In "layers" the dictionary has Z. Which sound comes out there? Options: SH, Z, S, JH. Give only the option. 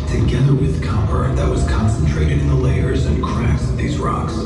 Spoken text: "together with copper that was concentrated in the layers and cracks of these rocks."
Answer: Z